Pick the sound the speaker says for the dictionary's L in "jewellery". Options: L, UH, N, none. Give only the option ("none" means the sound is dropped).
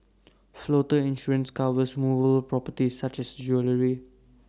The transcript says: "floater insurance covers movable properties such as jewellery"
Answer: L